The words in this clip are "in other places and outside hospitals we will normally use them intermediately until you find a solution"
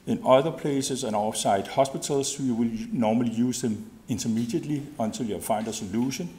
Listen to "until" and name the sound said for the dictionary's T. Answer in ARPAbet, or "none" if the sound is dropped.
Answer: S